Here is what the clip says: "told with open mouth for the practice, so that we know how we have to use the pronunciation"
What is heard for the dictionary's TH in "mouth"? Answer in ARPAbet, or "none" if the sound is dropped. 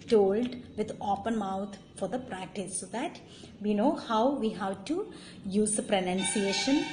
T